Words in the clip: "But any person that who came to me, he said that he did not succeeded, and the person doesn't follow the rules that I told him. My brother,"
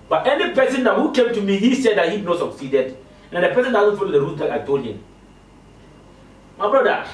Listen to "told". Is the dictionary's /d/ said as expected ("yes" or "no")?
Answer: no